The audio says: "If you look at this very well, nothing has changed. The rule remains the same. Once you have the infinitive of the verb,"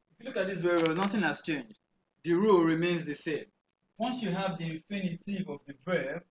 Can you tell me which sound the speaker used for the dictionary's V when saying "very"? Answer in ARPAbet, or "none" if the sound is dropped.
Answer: W